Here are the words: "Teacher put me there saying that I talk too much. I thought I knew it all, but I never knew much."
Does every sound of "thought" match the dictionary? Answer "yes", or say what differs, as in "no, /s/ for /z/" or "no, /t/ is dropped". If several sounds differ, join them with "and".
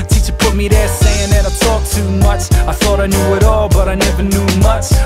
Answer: yes